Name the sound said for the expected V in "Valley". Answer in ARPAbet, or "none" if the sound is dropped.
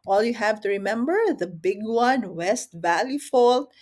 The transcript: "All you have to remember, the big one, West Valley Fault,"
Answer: V